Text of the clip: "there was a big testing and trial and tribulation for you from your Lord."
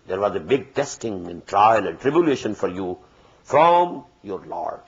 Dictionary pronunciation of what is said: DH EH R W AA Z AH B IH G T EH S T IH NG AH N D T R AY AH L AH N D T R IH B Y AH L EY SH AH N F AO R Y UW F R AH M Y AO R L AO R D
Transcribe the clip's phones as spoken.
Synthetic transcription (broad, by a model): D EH R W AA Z AH B IH G T EH S T IH NG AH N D T R AY AH L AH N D T R IH B Y AH L EY SH AH N F AO R Y UW F R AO M Y AO R L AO R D